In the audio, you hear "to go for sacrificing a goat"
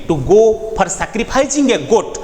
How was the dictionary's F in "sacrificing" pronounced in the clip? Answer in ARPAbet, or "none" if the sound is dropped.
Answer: P